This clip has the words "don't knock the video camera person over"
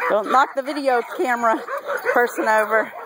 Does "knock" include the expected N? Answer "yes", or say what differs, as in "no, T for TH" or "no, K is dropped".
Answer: no, L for N